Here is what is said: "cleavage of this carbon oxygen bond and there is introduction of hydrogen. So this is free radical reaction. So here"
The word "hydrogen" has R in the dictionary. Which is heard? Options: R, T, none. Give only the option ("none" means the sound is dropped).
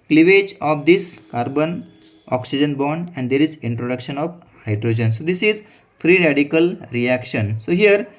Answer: R